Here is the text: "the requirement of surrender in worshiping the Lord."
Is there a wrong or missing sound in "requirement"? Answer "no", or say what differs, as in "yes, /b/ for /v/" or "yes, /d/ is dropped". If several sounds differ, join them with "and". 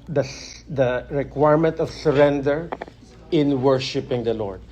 no